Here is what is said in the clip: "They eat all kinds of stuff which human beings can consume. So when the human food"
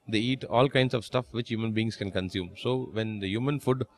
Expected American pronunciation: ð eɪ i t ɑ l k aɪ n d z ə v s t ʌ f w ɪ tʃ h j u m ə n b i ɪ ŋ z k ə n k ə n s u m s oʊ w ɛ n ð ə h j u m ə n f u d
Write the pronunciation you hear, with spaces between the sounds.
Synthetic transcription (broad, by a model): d eɪ i t ɑ l k aɪ n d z ə v s t ʌ f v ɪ tʃ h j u m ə n b i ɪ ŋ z k ə n k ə n s u m s oʊ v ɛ n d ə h j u m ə n f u d